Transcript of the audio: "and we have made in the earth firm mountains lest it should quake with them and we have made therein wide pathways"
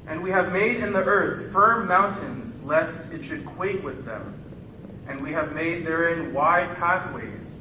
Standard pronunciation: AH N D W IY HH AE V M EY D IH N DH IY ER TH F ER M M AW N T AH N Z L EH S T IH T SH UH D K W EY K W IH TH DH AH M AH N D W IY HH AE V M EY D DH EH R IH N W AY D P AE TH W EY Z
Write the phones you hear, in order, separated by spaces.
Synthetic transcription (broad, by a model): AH N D W IY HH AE V M EY D IH N DH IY ER TH F ER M M AW N T AH N Z L EH S T IH T SH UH D K W EY K W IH DH AH M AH N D W IY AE V M EY D DH EH R IH N W AY D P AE TH W EY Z